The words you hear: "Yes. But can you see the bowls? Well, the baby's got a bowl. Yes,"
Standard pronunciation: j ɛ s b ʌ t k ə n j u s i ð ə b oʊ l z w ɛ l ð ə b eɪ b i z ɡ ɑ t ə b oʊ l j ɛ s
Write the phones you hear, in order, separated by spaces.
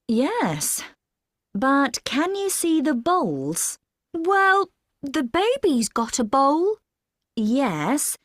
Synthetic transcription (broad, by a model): j ɛ s b ʌ t k ə n j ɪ s i ð ə b oʊ l z w ɛ l ð ə b eɪ b i z ɡ ɑ t ə b oʊ l j ɛ s